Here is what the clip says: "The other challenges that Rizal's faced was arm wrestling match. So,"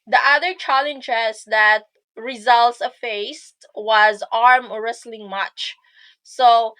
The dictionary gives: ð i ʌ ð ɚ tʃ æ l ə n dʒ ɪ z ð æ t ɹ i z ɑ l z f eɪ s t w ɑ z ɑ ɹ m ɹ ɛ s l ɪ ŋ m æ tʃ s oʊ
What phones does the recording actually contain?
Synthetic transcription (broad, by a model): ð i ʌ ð ɚ tʃ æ l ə n dʒ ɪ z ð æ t ɹ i z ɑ l s f eɪ s t w ɑ z ɑ ɹ m ɹ ɛ s l ɪ ŋ m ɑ tʃ s oʊ